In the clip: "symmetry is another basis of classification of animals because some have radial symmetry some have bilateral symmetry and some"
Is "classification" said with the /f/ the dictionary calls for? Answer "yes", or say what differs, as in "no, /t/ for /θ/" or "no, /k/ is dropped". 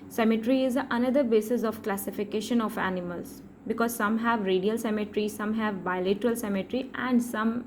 yes